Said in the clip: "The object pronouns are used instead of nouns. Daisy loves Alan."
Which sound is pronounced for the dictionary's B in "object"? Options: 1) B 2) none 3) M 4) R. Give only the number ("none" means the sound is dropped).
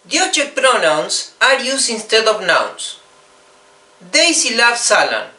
2